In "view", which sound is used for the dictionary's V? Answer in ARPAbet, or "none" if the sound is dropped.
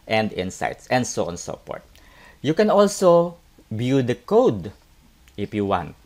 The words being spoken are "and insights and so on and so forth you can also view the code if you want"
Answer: B